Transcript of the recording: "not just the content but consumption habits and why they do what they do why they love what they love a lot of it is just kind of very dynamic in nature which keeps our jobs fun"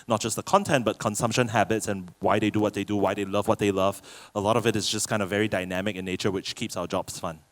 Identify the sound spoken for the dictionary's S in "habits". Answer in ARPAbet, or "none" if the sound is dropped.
S